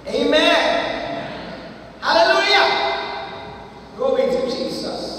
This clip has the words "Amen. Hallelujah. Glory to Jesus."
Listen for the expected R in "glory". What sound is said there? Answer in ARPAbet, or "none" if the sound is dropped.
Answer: W